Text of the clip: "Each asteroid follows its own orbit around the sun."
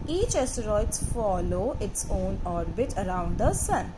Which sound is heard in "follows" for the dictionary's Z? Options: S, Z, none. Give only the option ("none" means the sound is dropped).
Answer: none